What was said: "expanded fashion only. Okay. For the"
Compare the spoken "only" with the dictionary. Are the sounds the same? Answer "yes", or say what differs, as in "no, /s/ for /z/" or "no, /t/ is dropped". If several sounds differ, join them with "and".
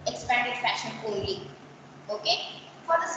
no, /n/ is dropped